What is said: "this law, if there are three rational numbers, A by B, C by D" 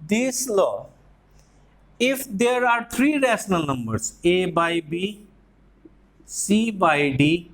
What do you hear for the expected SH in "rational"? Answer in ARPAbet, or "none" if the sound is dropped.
S